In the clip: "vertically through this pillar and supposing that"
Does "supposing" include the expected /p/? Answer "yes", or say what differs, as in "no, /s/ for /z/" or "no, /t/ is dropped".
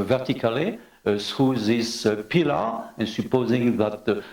yes